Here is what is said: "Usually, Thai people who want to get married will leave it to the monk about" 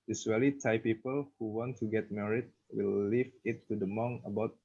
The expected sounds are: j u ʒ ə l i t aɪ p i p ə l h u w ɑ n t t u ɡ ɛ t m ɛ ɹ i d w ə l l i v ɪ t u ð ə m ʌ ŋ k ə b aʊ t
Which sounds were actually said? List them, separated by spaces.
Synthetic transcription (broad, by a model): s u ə l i t aɪ p i p ə l h u w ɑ n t t u ɡ ɛ t m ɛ ɹ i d w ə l l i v ɪ t u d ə m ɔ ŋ ə b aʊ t